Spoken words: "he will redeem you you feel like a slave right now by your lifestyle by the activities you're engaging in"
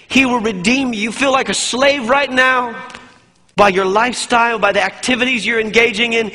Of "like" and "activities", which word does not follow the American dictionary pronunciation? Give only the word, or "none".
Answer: none